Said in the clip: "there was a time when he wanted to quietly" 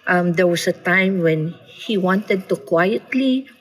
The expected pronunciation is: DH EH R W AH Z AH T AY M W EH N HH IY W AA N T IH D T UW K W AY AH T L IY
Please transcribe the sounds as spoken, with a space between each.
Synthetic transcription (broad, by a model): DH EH R W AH S AH T AY M W EH N HH IY W AA N T IH D T UW K W AY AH T L IY